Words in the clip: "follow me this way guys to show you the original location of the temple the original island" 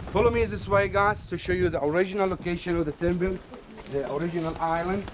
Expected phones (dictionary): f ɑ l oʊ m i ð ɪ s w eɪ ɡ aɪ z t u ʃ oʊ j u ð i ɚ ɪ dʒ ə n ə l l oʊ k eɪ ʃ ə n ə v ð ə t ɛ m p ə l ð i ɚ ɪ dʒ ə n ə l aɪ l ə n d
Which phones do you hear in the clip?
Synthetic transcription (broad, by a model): f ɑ l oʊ m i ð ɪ s w eɪ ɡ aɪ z t u ʃ oʊ j u ð i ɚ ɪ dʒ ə n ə l l oʊ k eɪ ʃ ə n ə v ð ə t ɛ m b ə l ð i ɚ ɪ dʒ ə n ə l aɪ l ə n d